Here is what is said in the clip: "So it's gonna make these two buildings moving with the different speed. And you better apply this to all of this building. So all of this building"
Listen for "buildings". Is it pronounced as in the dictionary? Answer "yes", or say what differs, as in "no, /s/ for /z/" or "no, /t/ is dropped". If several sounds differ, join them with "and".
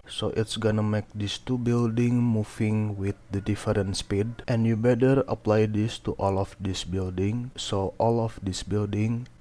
no, /z/ is dropped